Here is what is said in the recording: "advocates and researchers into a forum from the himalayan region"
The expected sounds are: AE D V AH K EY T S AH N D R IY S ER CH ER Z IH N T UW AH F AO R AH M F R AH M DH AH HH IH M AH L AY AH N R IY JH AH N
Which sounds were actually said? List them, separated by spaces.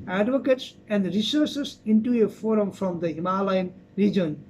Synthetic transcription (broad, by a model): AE D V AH K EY T S AH N D R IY S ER S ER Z IH N T UW AH F AO R AH M F R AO M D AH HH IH M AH L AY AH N R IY JH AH N